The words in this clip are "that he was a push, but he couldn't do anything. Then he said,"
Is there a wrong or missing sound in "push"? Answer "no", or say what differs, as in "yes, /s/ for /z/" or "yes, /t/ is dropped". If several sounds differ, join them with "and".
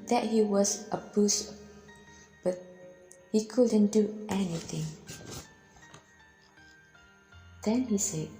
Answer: yes, /b/ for /p/ and /s/ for /ʃ/